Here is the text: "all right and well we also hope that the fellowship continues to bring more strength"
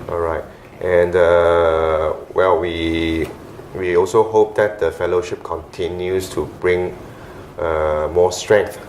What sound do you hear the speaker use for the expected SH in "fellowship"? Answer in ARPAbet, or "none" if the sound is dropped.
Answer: SH